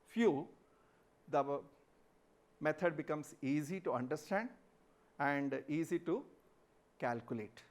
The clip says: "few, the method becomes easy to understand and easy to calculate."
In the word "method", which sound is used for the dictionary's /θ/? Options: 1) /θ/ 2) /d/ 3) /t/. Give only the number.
3